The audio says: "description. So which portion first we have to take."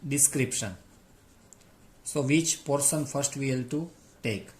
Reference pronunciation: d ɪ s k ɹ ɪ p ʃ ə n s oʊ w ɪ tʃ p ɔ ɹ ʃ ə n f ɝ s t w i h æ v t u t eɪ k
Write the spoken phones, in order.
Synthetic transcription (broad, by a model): d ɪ s k ɹ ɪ p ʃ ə n s oʊ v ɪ tʃ p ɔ ɹ s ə n f ɝ s t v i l t u t eɪ k